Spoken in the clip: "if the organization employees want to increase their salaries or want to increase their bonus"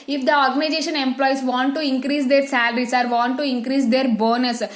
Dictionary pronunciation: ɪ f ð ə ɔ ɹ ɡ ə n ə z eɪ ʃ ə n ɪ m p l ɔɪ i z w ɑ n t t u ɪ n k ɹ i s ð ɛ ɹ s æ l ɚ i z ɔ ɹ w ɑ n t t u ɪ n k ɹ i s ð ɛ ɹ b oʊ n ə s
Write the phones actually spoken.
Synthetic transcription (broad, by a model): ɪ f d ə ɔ ɹ ɡ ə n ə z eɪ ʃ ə n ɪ m p l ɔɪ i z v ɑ n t t u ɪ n k ɹ i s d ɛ ɹ s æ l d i s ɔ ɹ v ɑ n t t u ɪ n k ɹ i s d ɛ ɹ b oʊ n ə s